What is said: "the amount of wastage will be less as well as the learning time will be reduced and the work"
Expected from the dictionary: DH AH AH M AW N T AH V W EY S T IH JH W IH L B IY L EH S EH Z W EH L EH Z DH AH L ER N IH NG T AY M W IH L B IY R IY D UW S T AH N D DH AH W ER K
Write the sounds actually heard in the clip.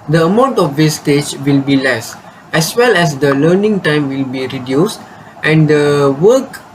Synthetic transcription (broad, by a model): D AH AH M AW N T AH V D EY S T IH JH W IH L B IY L EH S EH S W EH L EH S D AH L ER N IH NG T AY M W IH L B IY R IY D UW S T AH N D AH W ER K